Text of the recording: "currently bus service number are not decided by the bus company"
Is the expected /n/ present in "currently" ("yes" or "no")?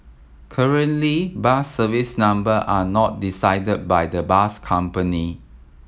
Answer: yes